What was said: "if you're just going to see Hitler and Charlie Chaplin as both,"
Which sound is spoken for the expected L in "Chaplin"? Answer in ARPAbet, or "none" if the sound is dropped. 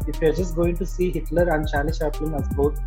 none